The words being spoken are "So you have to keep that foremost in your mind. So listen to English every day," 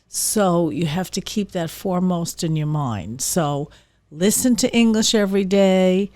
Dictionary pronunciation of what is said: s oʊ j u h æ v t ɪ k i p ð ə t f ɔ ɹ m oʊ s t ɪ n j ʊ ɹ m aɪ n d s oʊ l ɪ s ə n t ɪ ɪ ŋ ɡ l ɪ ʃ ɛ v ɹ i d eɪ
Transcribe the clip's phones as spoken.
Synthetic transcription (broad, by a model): s oʊ j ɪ h æ f t ɪ k i p ð ə t f ɔ ɹ m oʊ s t ɪ n j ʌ ɹ m aɪ n d s oʊ l ɪ s ə n t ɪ ɪ ŋ ɡ l ɪ ʃ ɛ v ɹ i d eɪ